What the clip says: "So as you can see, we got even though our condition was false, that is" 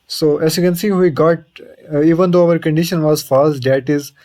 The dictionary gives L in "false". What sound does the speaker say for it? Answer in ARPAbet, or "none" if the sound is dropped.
none